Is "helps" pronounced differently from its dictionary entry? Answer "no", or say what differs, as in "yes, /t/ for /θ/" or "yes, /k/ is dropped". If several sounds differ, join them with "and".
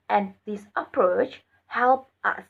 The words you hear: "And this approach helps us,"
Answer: yes, /s/ is dropped